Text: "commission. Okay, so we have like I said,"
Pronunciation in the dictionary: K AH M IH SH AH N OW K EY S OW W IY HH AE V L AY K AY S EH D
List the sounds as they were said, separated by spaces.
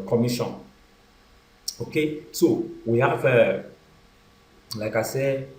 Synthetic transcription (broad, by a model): K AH M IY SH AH N OW K EY S OW W IY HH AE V L AY K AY S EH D